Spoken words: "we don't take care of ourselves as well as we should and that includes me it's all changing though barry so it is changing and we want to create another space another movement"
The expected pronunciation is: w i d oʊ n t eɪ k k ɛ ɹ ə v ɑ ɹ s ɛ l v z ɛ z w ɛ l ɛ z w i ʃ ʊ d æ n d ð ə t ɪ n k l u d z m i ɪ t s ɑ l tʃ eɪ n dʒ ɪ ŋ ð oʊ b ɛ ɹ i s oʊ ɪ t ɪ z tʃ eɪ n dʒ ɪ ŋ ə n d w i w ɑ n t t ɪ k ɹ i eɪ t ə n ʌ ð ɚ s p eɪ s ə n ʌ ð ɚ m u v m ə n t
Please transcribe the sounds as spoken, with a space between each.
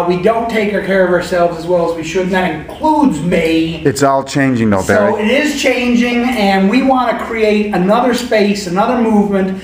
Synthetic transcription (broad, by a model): w i d oʊ n t eɪ k k ɛ ɹ ə v ɑ ɹ s ɛ l v z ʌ z w ɛ l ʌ z w i ʃ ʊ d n ð ə t ɪ n k l u d z m i ɪ t s ɑ l tʃ eɪ n dʒ ɪ ŋ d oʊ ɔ i ɪ t ɪ z tʃ eɪ n dʒ ɪ ŋ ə n w i w ɑ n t t ɪ k ɹ i eɪ t ə n ʌ ð ɚ s p eɪ s ə n ʌ ð ɚ m u v m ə n t